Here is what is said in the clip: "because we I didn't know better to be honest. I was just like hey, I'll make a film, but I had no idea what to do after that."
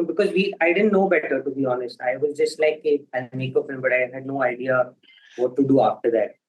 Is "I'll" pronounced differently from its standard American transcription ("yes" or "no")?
yes